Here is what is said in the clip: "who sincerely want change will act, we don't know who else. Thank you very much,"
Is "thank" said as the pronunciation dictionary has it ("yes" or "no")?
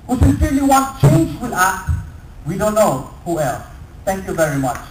no